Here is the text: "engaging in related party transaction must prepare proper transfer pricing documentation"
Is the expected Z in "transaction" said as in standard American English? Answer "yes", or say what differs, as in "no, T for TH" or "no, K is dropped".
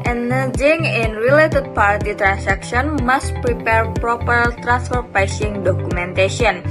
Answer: no, S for Z